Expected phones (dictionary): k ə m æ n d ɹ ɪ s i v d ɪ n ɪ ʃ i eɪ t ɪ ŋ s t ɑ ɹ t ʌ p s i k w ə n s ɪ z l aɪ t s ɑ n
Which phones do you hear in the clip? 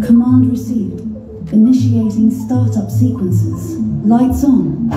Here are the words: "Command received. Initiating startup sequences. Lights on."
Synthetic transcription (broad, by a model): k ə m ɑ n d ɹ ɪ s i v d ɪ n ɪ ʃ i eɪ t ɪ ŋ s t ɑ ɹ t ʌ p s i k w ə n s ɪ z l aɪ t s n